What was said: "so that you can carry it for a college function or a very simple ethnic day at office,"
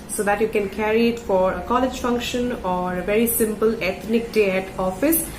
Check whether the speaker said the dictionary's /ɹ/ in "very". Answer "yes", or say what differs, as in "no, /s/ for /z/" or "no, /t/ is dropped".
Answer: yes